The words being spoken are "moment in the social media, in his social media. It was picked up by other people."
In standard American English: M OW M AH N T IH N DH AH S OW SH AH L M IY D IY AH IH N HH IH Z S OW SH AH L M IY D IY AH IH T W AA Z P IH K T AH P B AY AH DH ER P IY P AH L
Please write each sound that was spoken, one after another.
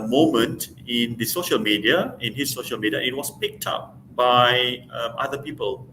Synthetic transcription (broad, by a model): M OW M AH N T IH N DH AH S OW SH AH L M IY D IY AH IH N HH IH S OW SH AH L M IY D IY AH IH T W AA S P IH K T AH P B AY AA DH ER P IY P AH L